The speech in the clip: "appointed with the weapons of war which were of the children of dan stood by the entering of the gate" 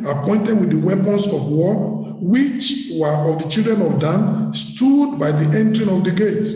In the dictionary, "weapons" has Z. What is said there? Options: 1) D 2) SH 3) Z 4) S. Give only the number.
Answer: 4